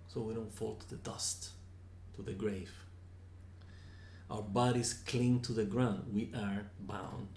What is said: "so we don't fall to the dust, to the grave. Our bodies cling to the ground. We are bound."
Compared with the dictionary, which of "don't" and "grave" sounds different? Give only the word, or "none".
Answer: none